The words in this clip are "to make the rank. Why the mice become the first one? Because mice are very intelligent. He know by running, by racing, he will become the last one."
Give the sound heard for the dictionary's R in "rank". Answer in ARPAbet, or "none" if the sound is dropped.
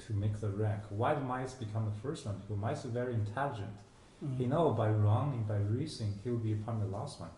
R